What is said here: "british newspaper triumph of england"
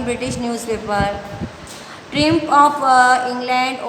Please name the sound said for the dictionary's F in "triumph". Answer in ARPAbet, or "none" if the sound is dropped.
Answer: P